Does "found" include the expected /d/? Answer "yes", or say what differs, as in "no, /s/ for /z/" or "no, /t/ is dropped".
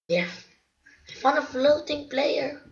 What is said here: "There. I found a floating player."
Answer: no, /d/ is dropped